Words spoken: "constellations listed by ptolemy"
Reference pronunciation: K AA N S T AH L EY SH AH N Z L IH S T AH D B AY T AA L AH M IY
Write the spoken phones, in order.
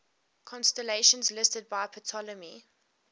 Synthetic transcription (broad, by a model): K AA N S T AH L EY SH AH N Z L IH S T AH D B AY T AA L AH M IY